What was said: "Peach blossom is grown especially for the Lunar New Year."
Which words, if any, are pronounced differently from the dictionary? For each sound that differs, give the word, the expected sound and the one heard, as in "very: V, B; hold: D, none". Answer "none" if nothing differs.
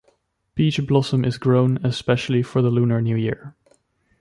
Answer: peach: P, B